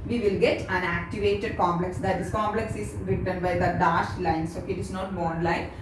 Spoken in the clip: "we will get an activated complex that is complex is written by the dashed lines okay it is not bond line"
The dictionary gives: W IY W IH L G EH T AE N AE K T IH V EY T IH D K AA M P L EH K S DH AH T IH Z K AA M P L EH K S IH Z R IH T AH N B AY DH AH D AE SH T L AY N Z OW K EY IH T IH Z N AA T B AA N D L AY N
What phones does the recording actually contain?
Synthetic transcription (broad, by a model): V IY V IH L G EH T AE N AE K T IH V EY T IH D K AA M P L EH K S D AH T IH S K AA M P L EH K S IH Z R IH T AH N B AY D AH D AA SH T L AY N S OW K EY IH T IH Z N AA T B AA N L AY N